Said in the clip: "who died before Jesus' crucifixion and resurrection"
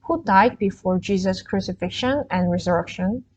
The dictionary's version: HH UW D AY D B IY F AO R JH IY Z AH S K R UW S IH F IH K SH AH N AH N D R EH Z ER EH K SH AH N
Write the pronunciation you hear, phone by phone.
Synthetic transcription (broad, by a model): HH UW D AY D B IY F AO R JH IY Z AH S K R UW S IH F IH K SH AH N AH N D R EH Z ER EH K SH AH N